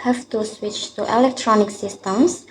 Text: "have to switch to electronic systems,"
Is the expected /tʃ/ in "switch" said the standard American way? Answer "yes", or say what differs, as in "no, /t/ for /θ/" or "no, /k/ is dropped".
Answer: yes